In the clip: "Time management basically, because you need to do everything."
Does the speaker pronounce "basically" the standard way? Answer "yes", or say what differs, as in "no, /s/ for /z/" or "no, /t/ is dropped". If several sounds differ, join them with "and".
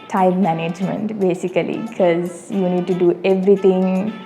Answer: no, /l/ is dropped